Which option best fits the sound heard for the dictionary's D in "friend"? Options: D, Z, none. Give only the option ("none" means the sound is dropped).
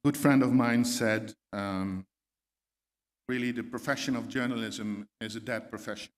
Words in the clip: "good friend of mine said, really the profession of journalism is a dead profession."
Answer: D